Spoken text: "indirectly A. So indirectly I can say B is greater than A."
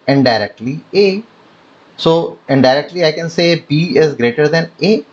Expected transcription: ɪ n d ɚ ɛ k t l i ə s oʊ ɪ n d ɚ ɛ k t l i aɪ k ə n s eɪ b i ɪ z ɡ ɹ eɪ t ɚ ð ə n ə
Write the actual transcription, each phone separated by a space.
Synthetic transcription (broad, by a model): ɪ n d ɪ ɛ k t l i ə s oʊ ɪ n d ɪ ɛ k t l i aɪ k ə n s eɪ b i ɪ z ɡ ɹ eɪ t ɚ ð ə n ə